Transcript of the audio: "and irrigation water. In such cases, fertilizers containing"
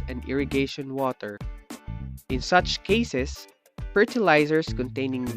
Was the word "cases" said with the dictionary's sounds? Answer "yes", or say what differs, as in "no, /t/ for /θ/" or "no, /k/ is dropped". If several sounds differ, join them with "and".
no, /s/ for /z/